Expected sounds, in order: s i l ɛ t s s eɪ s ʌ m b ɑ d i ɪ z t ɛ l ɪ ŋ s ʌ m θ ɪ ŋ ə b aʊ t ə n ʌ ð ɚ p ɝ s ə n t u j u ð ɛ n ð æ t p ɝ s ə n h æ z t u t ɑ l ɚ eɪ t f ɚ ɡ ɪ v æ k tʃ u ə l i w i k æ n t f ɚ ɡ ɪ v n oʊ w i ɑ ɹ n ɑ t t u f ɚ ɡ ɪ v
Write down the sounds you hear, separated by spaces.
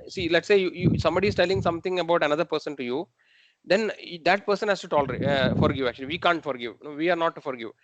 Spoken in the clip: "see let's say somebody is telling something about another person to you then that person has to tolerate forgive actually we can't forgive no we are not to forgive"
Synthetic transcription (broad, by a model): s i l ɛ t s s eɪ s ʌ m b ɑ d i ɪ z t ɛ l ɪ ŋ s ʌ m t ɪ ŋ ə b aʊ t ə n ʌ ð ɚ p ɝ s ə n t u j u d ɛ n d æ t p ɝ s ə n h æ s t u t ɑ l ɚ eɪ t f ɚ ɡ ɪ v æ k tʃ u ə l i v i k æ n t f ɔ ɡ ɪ v n oʊ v i ɑ ɹ n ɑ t t u f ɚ ɡ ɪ v